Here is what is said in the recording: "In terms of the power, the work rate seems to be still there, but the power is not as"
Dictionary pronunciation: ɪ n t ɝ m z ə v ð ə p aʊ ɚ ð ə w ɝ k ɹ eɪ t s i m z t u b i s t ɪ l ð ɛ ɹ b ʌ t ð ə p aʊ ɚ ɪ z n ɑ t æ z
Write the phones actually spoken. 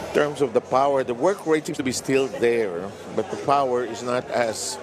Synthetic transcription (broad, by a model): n t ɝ m s ə v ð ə p aʊ ɚ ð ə w ɝ k ɹ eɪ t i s t u b i s t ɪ l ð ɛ ɹ b ʌ t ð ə p aʊ ɚ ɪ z n ɑ t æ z